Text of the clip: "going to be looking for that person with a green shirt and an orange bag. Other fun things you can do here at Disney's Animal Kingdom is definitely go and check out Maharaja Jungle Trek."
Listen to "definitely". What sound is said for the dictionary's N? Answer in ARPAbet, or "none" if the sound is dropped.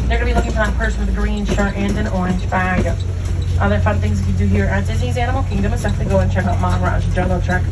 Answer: none